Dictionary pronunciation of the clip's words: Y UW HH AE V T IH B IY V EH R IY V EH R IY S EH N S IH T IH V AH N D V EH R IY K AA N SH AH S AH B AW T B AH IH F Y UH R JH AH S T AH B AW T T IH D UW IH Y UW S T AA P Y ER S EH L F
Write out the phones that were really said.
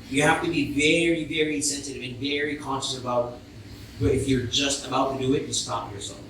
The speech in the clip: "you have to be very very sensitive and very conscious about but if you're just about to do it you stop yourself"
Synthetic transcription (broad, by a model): Y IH HH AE F T IH B IY V EH R IY V EH R IY S EH N S IH T IH V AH N V EH R IY K AA N SH AH S AH B AW T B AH IH F Y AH R JH AH S T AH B AW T T IH D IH IH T S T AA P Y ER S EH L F